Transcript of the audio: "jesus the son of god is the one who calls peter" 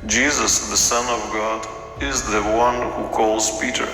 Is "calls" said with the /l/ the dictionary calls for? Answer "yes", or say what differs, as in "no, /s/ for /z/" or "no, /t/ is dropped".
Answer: yes